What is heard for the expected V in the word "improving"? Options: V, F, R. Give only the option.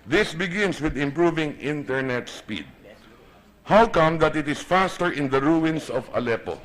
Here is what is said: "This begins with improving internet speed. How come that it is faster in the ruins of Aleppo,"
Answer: V